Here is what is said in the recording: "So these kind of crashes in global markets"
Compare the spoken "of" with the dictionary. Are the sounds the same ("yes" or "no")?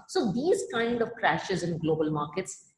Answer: yes